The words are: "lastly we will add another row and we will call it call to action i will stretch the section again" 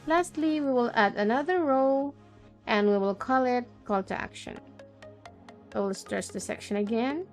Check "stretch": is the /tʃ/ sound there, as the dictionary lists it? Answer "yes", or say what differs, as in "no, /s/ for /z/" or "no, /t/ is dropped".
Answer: no, /s/ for /tʃ/